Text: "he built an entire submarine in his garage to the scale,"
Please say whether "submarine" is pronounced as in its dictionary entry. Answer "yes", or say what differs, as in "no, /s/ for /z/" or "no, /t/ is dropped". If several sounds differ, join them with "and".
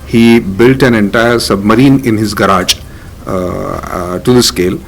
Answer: yes